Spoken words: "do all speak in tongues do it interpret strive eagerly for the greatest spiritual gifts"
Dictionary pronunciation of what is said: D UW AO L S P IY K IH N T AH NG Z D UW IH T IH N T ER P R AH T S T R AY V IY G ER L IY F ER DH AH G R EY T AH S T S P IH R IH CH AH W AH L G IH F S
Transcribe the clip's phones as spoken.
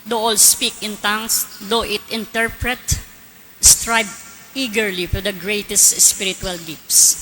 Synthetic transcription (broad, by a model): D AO AO L S P IY K IH N T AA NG S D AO IH T IH N T ER P R AH T S T R AY B IY G ER L IY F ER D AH G R EY T AH S T S P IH R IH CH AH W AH L G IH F S